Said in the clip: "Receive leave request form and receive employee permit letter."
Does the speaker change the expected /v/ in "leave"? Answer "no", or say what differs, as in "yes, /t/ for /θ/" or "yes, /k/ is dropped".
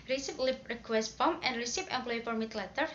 yes, /p/ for /v/